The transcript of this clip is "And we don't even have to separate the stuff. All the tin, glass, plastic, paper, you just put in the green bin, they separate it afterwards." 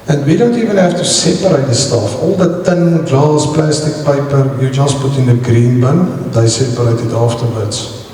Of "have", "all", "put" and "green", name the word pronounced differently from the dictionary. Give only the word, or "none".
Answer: have